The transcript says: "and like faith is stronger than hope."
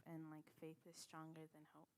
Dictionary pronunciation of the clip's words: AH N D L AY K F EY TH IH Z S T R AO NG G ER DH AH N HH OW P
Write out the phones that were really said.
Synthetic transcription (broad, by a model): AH N L AY K F EY TH IH Z S T R AO NG G ER DH AH N HH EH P